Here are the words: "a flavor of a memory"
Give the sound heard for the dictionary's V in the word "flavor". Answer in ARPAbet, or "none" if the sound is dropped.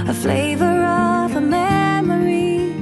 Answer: V